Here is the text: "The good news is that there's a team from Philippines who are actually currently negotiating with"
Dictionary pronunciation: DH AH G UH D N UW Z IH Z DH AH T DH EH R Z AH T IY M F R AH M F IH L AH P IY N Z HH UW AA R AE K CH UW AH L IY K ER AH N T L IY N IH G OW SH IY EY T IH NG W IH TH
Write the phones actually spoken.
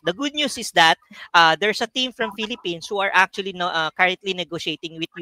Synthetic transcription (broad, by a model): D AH G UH D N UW S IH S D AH T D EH R S AH T IY M F R AH M F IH L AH P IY N S HH UW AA R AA K CH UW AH L IY K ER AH N T L IY N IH G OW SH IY EY T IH NG W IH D